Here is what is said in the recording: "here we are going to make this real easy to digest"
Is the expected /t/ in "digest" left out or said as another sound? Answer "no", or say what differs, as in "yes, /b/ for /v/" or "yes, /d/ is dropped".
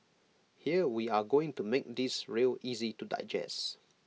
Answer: yes, /t/ is dropped